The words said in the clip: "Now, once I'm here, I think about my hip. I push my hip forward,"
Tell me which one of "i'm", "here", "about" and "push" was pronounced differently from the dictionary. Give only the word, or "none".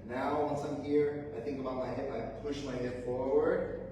none